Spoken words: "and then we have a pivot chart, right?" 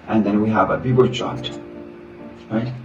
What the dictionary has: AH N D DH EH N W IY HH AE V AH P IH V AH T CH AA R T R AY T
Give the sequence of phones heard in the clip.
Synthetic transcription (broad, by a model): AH N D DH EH N W IY HH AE V AH B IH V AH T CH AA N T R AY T